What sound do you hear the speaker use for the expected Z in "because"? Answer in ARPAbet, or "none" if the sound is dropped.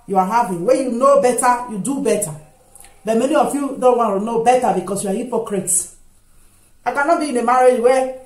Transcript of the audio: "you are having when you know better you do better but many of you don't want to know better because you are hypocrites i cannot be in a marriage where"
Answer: S